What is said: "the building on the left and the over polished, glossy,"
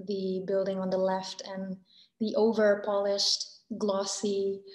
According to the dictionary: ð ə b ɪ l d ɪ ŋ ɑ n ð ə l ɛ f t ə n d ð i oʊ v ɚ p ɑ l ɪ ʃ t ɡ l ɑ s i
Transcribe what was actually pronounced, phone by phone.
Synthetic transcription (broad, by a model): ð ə b ɪ l d ɪ ŋ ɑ n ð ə l ɛ f t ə n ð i oʊ v ɚ p ɑ l ɪ ʃ t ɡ l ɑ s i